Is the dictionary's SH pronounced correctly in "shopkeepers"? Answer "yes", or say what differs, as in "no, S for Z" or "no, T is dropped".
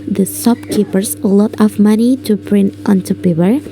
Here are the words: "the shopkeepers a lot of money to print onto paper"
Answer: no, S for SH